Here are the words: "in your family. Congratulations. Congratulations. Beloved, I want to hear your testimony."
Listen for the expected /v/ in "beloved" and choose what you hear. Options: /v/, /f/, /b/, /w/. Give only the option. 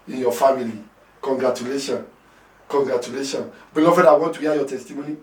/f/